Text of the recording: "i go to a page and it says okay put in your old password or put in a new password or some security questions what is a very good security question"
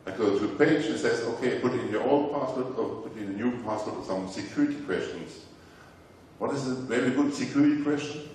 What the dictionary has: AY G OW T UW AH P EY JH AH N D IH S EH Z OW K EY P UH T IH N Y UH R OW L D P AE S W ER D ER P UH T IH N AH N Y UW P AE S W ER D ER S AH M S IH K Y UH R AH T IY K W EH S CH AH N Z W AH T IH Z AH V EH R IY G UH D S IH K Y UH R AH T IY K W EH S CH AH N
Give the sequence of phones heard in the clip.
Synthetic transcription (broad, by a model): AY G OW T UW AH P EY JH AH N S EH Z OW K EY P UH T IH N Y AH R OW L D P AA S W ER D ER P UH T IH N AH N Y UW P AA S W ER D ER S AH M S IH K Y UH R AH T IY K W EH S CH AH N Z W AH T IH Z AH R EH L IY G UH D S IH K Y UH R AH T IY K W EH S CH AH N